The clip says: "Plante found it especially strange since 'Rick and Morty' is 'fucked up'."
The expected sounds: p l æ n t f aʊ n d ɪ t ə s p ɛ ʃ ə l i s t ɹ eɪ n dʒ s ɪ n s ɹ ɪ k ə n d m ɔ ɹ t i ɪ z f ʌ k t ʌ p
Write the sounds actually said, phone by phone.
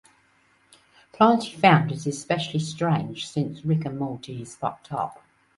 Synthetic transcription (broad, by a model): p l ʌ n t f aʊ n d ɪ t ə s p ɛ ʃ ə l i s t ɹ eɪ n ʒ s ɪ n s ɹ ɪ k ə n m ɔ l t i ɪ z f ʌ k t ʌ p